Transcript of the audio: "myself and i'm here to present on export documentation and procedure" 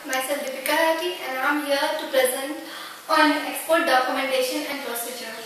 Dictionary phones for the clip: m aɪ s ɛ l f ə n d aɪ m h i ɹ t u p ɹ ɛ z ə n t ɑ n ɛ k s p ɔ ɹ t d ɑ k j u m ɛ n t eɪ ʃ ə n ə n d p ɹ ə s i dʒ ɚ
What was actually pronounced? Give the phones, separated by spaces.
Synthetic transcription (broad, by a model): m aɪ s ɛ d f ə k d aɪ m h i ɹ t u p ɹ ɛ z ə n t ɑ n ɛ k s p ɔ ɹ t d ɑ k j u m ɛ n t eɪ ʃ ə n ə n d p ɹ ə s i dʒ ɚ